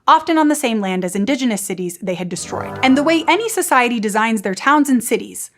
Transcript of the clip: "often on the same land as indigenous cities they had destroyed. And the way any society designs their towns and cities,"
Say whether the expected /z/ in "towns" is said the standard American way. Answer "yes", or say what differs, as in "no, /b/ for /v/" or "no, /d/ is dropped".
yes